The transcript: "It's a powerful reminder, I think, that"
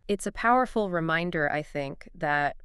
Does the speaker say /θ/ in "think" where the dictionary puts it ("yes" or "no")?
yes